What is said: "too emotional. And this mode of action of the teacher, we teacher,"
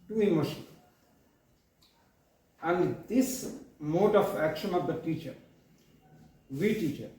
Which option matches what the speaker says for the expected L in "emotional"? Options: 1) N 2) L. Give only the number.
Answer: 1